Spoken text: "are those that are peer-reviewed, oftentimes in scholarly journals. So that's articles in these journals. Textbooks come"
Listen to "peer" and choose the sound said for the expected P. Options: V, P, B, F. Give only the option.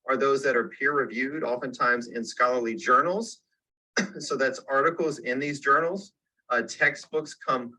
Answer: P